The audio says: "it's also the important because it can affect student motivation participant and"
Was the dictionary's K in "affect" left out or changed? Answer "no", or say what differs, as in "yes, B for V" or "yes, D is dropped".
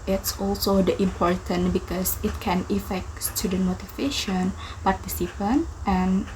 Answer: no